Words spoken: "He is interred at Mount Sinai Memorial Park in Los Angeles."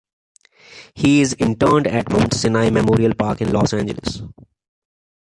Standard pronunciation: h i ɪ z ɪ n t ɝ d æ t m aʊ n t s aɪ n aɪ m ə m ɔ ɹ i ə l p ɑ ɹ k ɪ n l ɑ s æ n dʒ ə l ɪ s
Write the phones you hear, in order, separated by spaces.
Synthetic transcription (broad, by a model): h i ɪ z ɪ n t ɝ d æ t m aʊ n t s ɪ n aɪ m ə m ɔ ɹ i ə l p ɑ ɹ k ɪ n l ɑ s æ n dʒ ə l ɪ s